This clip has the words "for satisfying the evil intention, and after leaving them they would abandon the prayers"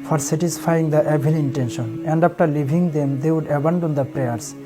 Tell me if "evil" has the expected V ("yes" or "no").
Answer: no